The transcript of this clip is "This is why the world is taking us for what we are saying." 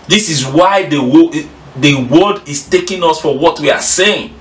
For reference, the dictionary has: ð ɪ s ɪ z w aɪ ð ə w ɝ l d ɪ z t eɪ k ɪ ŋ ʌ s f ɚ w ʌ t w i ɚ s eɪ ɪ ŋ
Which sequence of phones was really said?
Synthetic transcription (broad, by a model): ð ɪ s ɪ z w aɪ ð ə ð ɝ w d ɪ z t eɪ k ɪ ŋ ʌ s f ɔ w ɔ t w i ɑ s eɪ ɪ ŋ